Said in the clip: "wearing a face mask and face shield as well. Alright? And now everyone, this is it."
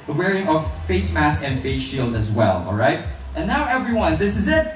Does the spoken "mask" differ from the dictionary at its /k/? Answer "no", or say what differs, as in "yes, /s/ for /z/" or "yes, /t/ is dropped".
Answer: yes, /k/ is dropped